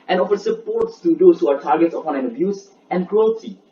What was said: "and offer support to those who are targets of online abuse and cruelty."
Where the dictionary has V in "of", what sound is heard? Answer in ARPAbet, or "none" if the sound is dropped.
P